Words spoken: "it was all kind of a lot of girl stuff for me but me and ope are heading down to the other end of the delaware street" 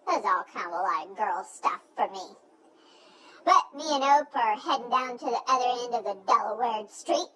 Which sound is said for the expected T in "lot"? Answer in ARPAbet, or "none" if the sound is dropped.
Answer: none